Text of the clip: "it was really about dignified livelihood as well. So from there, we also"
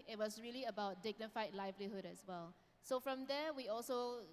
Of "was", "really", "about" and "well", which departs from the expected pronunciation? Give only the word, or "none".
was